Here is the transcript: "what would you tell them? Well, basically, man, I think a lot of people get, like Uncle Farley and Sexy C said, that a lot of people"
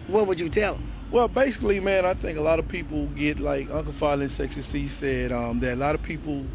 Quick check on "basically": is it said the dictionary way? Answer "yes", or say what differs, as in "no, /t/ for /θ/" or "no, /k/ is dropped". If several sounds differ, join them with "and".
yes